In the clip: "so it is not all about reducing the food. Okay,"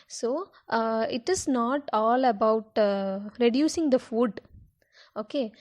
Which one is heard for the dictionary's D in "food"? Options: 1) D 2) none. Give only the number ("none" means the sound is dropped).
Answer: 1